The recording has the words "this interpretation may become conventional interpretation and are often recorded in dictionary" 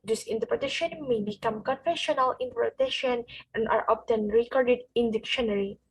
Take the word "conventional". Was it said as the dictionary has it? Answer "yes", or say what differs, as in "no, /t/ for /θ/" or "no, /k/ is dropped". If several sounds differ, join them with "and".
no, /f/ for /v/ and /n/ is dropped